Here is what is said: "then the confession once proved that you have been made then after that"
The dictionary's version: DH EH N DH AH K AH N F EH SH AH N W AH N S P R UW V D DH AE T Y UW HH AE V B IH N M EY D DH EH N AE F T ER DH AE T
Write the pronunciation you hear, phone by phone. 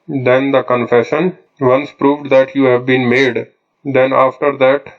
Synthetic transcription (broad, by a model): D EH N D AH K AH N F EH SH AH N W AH N S P R UW V D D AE T Y UW HH AE V B IH N M EY D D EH N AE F T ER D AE T